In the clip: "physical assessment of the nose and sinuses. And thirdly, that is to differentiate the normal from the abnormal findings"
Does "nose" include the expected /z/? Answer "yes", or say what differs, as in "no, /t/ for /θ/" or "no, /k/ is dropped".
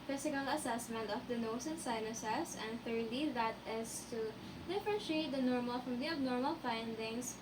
no, /s/ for /z/